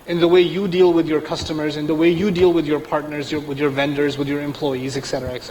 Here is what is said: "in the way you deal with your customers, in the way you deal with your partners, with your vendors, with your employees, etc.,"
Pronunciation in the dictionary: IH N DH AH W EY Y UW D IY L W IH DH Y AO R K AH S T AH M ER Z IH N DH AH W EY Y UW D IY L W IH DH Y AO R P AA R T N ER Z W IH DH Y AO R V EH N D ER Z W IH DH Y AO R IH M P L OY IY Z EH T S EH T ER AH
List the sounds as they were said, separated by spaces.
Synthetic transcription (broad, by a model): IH N DH AH W EY Y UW D IY L W IH DH Y AO R K AH S T AH M ER Z IH N DH AH W EY Y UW D IY L W IH DH Y AO R P AA R T N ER Z W IH DH Y AO R V EH N D ER Z W IH DH Y AO R IH M P L OY IY Z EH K S EH T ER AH